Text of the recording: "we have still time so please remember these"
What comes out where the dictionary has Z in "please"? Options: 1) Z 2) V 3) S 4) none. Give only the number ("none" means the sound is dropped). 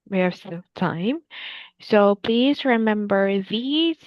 1